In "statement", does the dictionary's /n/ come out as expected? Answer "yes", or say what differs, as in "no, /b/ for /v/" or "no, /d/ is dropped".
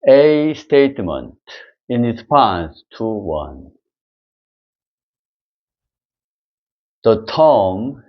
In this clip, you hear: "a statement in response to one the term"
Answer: yes